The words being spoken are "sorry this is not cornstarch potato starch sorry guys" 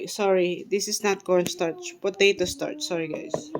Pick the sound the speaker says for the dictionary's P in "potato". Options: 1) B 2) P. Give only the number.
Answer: 1